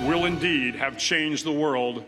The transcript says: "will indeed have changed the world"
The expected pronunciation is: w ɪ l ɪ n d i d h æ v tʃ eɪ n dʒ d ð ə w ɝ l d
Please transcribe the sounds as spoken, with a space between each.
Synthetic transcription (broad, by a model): w ɪ l ɪ n d i d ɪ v tʃ eɪ n dʒ ð ə w ɝ l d